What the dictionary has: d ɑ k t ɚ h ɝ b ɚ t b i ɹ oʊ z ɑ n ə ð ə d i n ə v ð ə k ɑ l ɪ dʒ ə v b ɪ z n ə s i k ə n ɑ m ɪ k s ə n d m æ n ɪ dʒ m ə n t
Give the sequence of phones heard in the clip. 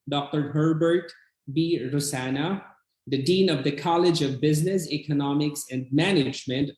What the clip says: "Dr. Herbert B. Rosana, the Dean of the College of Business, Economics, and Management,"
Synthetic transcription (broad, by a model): d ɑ k t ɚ h ɝ b ɚ t b i ɹ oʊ s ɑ n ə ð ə d i n ə v ð ə k ɑ l ɪ dʒ ə v b ɪ z n ə s i k ə n ɑ m ɪ k s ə n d m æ n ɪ dʒ m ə n t